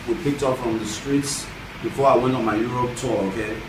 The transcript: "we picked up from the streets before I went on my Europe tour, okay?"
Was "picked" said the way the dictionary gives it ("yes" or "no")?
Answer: yes